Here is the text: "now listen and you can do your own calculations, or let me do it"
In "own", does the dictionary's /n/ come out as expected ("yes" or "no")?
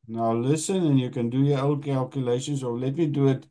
no